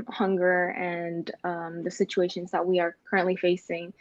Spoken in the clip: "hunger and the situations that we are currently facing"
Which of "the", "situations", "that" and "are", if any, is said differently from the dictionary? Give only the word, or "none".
none